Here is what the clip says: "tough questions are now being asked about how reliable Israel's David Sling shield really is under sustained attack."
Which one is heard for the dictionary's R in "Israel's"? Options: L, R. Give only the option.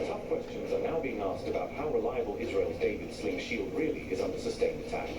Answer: R